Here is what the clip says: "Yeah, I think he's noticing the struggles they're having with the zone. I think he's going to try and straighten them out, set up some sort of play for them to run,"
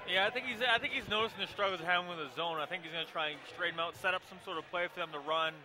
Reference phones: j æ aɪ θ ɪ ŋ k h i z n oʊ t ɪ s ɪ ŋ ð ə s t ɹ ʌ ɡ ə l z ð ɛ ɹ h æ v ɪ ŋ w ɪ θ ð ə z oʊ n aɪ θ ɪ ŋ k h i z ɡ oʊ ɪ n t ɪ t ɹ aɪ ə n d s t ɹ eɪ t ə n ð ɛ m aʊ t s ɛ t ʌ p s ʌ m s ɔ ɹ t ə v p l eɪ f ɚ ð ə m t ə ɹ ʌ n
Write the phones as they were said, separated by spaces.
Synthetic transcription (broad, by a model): j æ aɪ θ ɪ ŋ k h i z n oʊ t ɪ s ɪ ŋ ð ə s t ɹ ʌ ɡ l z h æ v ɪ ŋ w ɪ ð ə z oʊ n aɪ θ ɪ ŋ k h i z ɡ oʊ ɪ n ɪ t ɹ aɪ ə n s t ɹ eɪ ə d m aʊ t s ɛ t ʌ p s ʌ m s ɔ ɹ t ə v p l eɪ f ɚ ð ə m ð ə ɹ ʌ n